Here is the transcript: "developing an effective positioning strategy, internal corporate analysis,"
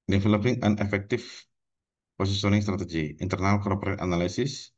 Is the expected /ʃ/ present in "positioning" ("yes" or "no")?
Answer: no